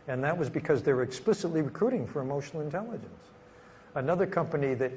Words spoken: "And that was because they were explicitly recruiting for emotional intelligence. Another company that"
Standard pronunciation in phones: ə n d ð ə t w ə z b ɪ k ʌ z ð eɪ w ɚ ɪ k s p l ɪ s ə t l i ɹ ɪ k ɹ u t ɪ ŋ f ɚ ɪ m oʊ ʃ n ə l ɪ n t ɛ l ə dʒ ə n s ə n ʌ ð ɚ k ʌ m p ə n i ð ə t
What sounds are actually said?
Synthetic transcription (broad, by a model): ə n ð ə t w ə z b ɪ k ʌ z ð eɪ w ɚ ɪ k s p l ɪ s ə t l i ɹ ɪ k ɹ u t ɪ ŋ f ɚ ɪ m oʊ ʃ n l ɪ n t ɛ l ə dʒ ə n s ə n ʌ ð ɚ k ʌ m p ə n i ð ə t